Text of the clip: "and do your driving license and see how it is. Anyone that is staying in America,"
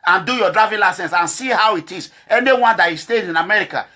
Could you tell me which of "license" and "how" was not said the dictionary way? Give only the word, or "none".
none